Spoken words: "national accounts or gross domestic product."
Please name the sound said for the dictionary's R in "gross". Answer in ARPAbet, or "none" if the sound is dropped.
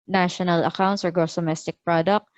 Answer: none